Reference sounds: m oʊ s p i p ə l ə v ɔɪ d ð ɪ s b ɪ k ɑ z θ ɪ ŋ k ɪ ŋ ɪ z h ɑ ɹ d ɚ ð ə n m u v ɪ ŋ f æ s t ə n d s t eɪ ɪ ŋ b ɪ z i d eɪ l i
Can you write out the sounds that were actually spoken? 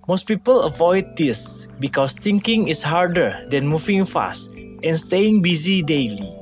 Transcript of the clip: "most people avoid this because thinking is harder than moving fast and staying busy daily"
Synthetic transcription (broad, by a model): m oʊ s p i p ə l ə v ɔɪ d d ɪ s b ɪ k ɑ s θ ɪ ŋ k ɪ ŋ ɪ s h ɑ ɹ d ɚ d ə n m u v ɪ ŋ f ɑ s t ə n s t eɪ ɪ ŋ b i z i d eɪ l i